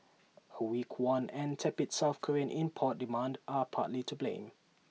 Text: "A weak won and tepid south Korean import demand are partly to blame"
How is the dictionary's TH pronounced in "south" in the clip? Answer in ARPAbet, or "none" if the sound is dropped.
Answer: F